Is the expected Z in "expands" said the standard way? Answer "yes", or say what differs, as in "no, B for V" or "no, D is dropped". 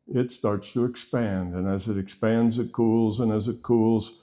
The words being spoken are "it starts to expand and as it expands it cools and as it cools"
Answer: yes